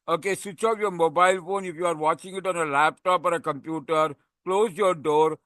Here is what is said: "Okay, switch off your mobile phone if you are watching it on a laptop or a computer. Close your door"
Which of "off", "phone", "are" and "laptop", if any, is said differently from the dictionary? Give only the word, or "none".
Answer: off